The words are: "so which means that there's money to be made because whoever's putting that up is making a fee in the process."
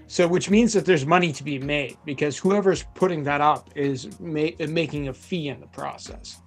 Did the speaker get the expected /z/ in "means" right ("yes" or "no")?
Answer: yes